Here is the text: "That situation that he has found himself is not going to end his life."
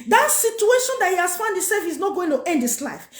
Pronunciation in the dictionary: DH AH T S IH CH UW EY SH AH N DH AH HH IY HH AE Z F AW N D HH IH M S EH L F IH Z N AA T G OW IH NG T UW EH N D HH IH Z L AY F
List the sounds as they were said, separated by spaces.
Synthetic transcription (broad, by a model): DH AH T S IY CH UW EY SH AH N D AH HH IY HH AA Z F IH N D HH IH S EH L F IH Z N AA T G OW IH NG T UW EH N D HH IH S L AY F